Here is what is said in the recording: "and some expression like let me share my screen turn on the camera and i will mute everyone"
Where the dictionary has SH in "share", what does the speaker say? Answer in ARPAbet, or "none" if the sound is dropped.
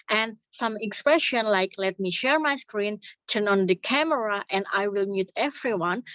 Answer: SH